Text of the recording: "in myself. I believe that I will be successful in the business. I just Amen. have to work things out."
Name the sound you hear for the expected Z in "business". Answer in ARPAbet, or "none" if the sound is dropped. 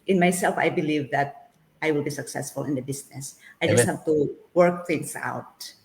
S